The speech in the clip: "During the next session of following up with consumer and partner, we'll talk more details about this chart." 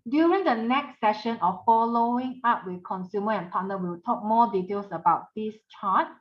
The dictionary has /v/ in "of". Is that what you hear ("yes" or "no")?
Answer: no